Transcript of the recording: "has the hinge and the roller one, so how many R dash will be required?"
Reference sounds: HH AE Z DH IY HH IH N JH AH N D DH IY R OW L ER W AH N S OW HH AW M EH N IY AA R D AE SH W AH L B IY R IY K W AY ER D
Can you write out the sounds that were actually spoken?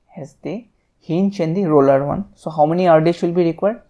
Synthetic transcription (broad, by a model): HH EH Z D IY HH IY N CH AH N D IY R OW L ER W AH N S OW HH AW M EH N IY AA R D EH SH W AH L B IY R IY K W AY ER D